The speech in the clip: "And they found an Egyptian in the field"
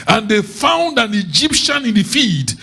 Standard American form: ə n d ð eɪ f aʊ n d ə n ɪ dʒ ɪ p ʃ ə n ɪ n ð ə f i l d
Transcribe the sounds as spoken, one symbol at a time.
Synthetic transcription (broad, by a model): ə n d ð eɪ f aʊ n d ə n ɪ dʒ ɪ p ʃ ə n ɪ n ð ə f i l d